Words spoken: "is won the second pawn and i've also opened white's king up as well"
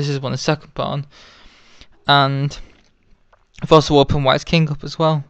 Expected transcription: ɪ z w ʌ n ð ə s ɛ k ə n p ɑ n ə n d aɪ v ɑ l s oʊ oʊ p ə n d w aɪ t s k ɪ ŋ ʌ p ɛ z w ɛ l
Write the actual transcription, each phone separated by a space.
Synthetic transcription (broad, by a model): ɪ z w ʌ n ð ə s ɛ k ə n b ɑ n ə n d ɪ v ɑ l s oʊ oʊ p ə n w aɪ t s k ɪ ŋ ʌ p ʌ z w ɛ l